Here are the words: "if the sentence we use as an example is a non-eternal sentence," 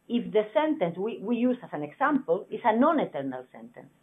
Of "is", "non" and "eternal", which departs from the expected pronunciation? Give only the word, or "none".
is